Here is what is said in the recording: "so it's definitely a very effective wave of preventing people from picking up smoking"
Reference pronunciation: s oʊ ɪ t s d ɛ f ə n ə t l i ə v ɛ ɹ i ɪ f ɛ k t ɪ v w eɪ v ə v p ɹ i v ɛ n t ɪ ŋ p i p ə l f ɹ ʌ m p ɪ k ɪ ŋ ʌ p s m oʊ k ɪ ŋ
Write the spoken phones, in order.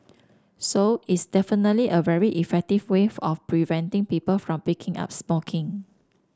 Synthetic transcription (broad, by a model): s oʊ ɪ t s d ɛ f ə n ə t l i ə v ɛ ɹ i ɪ f ɛ k t ɪ v w eɪ ə f p ɹ i v ɛ n t ɪ ŋ p i p ə l f ɹ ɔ m p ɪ k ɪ ŋ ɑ p s m oʊ k ɪ ŋ